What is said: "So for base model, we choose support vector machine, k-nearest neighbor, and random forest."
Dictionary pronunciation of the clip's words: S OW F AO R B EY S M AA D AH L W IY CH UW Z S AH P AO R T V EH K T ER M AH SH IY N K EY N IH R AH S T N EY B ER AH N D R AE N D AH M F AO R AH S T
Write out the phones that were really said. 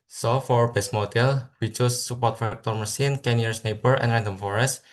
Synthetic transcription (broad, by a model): S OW F AO R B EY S M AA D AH L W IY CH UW S AH P AO R T F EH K T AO M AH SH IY N K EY N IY AH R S N EY B ER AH N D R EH N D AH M F AO R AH S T